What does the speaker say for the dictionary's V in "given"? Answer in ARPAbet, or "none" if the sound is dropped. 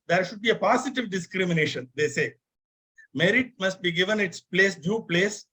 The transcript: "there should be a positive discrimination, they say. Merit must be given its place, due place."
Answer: V